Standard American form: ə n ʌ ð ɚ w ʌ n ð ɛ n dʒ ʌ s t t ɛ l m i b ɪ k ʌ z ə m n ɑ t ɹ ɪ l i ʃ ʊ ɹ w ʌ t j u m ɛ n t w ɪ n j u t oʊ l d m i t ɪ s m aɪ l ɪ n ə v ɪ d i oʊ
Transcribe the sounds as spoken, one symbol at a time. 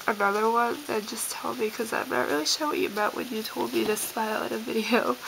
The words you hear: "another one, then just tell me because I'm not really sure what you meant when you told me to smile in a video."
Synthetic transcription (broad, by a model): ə n ʌ ð ɚ w ʌ n ð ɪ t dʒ ʌ s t t ɛ l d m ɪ k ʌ z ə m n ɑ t ɹ ɪ l i ʃ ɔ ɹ w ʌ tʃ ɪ m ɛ t w ɪ n j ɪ t oʊ l d m i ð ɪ s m aɪ l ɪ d ə v ɪ d i oʊ